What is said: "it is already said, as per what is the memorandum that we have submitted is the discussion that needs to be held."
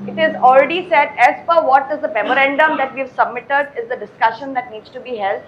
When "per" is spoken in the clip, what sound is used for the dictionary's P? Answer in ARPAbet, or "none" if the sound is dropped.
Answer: F